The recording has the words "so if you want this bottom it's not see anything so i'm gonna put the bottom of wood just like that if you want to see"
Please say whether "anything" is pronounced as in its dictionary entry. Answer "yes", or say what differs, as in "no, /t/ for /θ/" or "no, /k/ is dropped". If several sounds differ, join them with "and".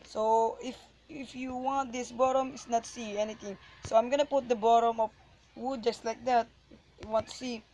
no, /t/ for /θ/